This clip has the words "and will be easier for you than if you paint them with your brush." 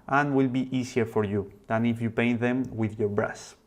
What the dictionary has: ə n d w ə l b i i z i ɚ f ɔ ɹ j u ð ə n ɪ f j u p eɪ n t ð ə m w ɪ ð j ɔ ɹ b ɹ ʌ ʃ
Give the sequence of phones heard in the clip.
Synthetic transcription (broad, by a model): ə n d w ə l b i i s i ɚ f ɔ ɹ j u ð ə n ɪ f j u p eɪ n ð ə m w ɪ ð j ɔ ɹ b ɹ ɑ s